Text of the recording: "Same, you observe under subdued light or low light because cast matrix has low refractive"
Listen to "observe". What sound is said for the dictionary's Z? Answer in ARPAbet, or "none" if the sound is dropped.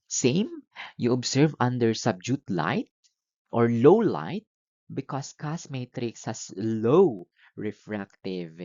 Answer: S